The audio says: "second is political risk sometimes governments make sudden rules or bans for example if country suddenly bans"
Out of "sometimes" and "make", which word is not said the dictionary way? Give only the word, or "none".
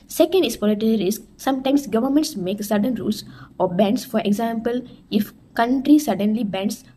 sometimes